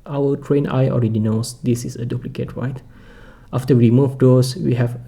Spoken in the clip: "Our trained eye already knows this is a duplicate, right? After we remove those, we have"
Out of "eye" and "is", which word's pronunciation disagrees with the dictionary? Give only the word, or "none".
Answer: is